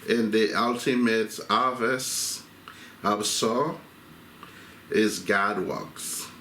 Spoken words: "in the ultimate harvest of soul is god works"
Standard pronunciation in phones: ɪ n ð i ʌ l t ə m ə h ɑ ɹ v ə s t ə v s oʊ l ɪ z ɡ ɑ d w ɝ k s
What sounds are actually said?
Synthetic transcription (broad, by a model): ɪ n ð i ʌ l t ə m ə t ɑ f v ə s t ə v s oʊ ɪ z ɡ ɑ d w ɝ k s